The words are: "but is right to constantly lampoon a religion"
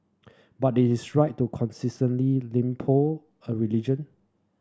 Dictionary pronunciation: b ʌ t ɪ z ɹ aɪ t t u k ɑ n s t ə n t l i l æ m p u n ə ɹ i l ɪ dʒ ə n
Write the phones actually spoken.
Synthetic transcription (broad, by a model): b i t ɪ s ɹ aɪ t t u k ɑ n s t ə n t l i l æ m p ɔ ə ɹ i l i dʒ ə n